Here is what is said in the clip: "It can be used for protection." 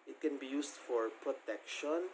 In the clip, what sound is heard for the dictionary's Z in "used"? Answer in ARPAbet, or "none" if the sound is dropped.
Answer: S